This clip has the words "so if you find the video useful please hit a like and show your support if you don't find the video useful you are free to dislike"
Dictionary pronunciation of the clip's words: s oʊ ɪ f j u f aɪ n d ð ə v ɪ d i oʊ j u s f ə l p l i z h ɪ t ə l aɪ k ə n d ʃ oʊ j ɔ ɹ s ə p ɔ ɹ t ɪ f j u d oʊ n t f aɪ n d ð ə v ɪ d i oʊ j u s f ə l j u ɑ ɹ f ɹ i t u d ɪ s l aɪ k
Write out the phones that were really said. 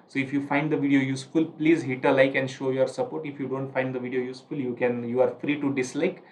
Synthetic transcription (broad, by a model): s oʊ ɪ f j u f aɪ n d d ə v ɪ d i oʊ j u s f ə l p l i z h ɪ t ə l aɪ k ə n d ʃ oʊ j ɔ ɹ s ə p ɔ ɹ t ɪ f j u d oʊ n t f aɪ n d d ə v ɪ d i oʊ j u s f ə l j u ɑ ɹ f ɹ i t u d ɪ s l aɪ k